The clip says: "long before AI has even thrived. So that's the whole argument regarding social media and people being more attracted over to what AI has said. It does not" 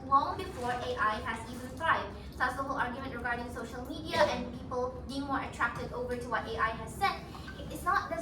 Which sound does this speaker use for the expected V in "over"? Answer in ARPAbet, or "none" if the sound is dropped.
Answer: V